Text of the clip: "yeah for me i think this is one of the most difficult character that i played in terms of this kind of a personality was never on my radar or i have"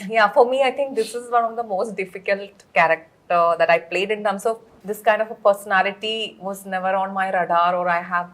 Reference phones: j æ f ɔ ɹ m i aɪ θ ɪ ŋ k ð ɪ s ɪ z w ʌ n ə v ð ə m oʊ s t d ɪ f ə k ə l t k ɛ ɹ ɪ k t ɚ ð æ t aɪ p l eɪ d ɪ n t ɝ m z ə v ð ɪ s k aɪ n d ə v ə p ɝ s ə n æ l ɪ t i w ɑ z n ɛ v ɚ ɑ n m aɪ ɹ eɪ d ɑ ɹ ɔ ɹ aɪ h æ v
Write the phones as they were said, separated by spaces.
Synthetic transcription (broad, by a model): j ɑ f ɔ ɹ m i aɪ t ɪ ŋ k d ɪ s ɪ z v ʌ n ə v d ə m oʊ s t d ɪ f ə k ə l t k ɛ ɹ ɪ k t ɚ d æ t aɪ p l eɪ d ɪ n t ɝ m s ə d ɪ s k aɪ n d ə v ə p ɝ s ə n æ l ɪ t i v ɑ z n ɛ v ɚ ɑ n m aɪ ɹ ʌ d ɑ ɹ ɔ ɹ aɪ h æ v